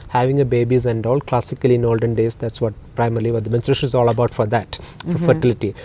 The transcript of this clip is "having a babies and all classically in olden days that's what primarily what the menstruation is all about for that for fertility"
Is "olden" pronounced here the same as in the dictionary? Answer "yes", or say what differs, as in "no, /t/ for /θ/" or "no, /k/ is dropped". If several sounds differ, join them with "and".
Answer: yes